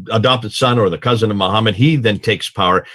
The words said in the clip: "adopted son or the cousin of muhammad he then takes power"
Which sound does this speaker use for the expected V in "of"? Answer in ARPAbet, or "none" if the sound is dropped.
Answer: V